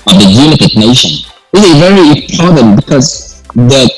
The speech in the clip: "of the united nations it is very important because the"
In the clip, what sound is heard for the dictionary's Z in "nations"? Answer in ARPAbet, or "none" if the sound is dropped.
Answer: none